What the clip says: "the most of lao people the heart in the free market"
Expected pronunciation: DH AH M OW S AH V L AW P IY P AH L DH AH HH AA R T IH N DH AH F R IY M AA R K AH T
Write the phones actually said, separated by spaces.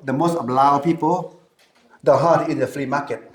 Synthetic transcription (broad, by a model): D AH M OW S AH B L AW P IY P AH L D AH HH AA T IH N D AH F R IY M AA K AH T